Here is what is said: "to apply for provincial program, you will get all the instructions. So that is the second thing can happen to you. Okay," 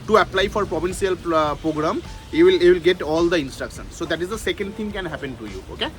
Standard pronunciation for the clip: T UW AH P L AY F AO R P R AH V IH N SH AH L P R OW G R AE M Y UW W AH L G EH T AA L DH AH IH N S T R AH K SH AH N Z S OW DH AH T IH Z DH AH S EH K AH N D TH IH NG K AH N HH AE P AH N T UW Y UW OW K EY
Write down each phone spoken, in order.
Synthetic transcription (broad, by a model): T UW AH P L AY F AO R P R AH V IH N S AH L P R OW G R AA M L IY W AH L G EH T AA L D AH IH N S T R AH K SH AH N S OW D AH T IH Z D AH S EH K AH N D T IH NG K AH N HH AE P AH N T UW Y UW OW K EY